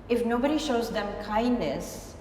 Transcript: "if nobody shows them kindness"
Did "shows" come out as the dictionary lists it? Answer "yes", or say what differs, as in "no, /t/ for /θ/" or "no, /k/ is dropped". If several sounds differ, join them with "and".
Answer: yes